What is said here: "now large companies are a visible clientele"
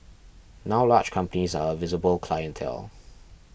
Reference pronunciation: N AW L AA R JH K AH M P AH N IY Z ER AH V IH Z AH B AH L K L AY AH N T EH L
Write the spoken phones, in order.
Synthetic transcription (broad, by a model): N AW L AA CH K AH M P AH N IY Z ER AH V IH Z AH B AH L K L AY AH N T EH L